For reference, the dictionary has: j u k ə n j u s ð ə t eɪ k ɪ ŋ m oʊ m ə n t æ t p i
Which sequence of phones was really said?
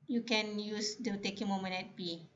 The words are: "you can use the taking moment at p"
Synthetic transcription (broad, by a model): j u k ə n j u s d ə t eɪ k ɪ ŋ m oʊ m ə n ɛ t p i